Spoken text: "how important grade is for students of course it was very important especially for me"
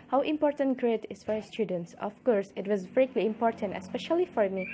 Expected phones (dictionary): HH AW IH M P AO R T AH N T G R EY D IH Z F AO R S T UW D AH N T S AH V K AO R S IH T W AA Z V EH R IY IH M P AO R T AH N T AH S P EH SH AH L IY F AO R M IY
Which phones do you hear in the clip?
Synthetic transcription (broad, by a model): HH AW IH M P AO R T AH N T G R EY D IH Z F AO R S T UW D AH N T S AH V K AO R S IH T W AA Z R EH L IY IH M P AO R T AH N T AH S P EH SH AH L IY F AO R M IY